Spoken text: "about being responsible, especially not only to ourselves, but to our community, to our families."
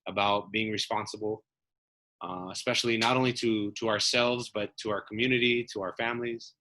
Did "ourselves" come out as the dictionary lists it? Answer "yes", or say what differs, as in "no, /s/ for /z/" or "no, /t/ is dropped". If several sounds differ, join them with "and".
yes